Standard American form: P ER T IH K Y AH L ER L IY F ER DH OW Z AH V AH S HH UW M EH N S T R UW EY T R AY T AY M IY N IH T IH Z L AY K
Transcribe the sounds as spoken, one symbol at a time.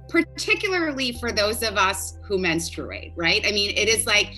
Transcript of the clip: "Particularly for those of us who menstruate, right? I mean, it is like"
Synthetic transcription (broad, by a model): P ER T IH K Y L ER L IY F ER DH OW Z AH V AH S HH UW M EH N S T R UW EY T R AY T AY M IY N IH T IH Z L AY K